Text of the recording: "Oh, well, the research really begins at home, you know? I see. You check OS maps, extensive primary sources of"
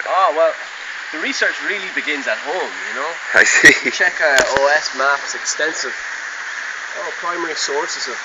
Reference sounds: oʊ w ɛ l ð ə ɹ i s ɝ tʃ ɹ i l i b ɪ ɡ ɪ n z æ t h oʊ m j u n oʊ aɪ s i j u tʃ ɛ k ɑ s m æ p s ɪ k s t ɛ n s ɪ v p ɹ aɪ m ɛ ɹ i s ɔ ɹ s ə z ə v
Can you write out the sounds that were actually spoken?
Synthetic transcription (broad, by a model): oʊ w ɛ l ð ə ɹ i s ɝ tʃ ɹ i l i b ɪ ɡ ɪ n z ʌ t h oʊ m j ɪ n oʊ aɪ s i tʃ ɛ k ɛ s m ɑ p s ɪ k s t ɛ n s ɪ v p ɹ aɪ m ɛ ɹ i s ɔ ɹ s ə z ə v